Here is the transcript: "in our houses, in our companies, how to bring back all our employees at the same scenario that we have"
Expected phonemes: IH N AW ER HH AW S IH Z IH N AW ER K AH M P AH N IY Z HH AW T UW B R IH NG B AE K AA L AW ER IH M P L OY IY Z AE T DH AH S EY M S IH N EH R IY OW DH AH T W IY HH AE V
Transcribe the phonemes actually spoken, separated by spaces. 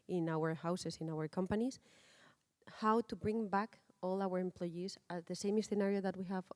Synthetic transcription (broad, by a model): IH N AW ER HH AW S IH S IH N AW ER K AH M P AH N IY S HH AW T UW B R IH NG B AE K AA L AW ER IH M P L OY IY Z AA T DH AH S EY M S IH N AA R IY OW DH AH T W IY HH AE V